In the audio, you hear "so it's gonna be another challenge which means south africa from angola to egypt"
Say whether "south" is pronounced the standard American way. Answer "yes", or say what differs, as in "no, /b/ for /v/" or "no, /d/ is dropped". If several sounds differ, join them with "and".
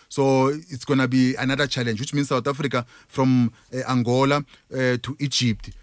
no, /t/ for /θ/